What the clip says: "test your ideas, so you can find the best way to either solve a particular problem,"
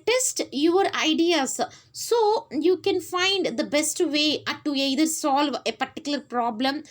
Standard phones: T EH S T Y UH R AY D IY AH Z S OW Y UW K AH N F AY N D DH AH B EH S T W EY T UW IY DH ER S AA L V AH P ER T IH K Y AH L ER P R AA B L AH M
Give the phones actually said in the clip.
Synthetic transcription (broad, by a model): T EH S T Y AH R AY D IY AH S S OW Y UW K AH N F AY N D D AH B EH S T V EY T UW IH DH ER S AA L V AH P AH T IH K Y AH L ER P R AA B L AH M